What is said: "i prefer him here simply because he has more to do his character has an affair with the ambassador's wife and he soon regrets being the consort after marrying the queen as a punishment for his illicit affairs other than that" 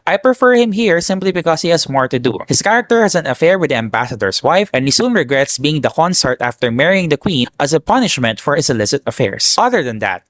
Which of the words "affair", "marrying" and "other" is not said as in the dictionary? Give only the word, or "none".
none